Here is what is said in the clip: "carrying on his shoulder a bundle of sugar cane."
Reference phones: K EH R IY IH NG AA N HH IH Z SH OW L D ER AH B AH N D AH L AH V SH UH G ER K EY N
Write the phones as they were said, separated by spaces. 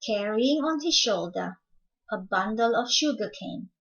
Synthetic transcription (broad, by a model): K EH R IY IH NG AA N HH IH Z SH OW L D ER AH B AH N D AH L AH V SH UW G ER K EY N